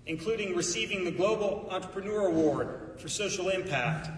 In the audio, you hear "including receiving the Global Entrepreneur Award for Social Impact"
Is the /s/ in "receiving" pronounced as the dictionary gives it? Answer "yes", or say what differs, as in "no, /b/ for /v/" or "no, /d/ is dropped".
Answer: yes